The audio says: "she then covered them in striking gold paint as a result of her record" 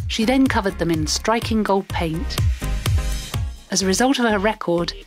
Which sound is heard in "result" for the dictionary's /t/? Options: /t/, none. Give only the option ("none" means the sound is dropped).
/t/